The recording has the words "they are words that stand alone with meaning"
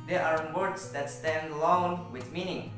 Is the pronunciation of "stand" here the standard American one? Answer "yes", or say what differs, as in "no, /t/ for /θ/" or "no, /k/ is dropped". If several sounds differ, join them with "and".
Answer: yes